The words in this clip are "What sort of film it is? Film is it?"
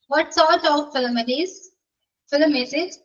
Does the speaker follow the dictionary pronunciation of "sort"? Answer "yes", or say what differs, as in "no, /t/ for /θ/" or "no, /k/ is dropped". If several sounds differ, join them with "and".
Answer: yes